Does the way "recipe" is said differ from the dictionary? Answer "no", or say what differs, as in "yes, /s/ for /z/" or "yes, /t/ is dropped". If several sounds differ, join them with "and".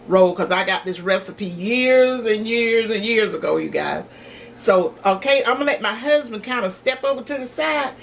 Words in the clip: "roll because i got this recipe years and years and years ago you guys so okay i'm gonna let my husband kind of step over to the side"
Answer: no